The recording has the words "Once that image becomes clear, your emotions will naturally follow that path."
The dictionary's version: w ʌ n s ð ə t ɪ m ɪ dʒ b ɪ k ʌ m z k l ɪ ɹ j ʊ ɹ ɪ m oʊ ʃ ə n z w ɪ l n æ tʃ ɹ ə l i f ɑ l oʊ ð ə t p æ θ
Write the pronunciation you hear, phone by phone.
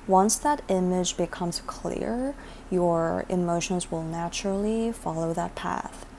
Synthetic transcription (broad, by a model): w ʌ n s ð ə t ɪ m ɪ dʒ b ɪ k ʌ m z k l ɪ ɹ j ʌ ɹ ɪ m oʊ ʃ ə n z w ɪ l n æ tʃ ɹ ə l i f ɑ l oʊ ð ə t p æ θ